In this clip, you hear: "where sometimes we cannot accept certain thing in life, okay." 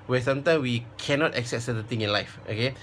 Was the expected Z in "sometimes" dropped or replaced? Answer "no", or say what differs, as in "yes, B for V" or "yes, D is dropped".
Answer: yes, Z is dropped